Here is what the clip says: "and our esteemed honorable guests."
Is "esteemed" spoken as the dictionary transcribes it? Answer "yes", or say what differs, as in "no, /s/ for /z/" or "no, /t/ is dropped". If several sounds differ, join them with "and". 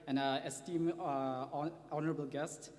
no, /d/ is dropped